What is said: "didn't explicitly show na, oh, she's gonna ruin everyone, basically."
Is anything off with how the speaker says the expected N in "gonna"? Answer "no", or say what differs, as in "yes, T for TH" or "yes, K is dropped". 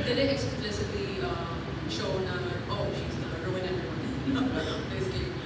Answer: yes, N is dropped